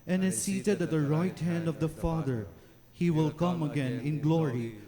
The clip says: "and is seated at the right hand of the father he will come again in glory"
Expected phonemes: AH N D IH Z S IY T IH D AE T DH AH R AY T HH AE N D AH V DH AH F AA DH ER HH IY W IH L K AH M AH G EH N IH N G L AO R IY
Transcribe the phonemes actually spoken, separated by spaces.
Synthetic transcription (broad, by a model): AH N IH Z S IY T IH D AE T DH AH R AY T HH AE N D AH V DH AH F AA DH ER HH IY W IH L K AH M AH G EH N IH N G L AO R IY